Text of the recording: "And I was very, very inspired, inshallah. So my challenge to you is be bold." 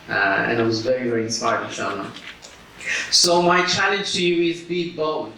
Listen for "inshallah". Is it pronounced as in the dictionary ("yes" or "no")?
no